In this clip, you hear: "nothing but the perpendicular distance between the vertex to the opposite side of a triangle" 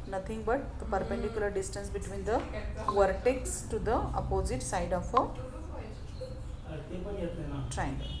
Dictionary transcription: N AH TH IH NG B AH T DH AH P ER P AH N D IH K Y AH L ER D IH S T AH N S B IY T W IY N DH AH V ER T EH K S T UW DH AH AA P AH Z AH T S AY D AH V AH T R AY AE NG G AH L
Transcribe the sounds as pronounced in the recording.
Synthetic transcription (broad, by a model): N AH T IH NG B AH T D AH P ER P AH N D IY K Y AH L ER D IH S T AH N S B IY T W IY N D AH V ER T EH K S T UW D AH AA P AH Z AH T S AY D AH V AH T R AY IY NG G